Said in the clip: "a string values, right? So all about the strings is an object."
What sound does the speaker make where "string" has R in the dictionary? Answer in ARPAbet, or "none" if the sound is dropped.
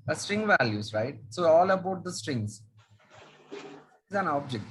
R